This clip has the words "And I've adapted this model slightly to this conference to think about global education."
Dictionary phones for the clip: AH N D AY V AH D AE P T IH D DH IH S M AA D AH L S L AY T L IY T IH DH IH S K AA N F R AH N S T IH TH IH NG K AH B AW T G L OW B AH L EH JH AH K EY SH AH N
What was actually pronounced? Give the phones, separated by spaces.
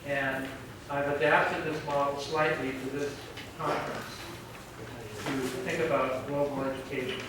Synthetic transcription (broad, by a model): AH N AY V AH D AE P T IH D DH IH S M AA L S L AY T L IY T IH DH IH S K AA N F R AH N S T IH TH IH NG K AH B AW T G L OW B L EH JH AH K EY SH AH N